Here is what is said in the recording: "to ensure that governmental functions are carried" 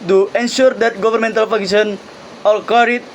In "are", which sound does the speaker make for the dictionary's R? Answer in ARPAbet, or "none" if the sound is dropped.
L